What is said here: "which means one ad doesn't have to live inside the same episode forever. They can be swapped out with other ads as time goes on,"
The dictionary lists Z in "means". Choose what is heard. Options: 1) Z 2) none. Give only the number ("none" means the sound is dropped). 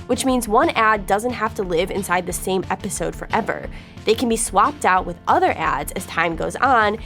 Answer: 1